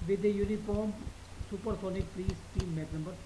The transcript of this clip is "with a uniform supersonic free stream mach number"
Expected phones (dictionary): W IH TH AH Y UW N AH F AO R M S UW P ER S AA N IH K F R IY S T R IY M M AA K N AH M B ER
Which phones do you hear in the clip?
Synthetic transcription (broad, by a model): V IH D AH Y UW N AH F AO R M S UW P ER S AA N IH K P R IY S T IY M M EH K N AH M B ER